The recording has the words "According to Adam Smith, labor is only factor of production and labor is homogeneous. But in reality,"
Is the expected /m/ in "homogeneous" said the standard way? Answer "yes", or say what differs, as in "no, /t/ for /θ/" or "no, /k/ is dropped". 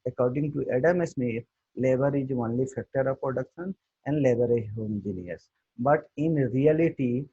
no, /m/ is dropped